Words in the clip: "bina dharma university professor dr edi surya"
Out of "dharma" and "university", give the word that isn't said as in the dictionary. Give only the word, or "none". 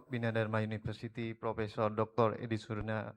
university